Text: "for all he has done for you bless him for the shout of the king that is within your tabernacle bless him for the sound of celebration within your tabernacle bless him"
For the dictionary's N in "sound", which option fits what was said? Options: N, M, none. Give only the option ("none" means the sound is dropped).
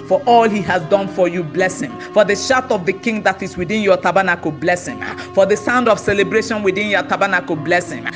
N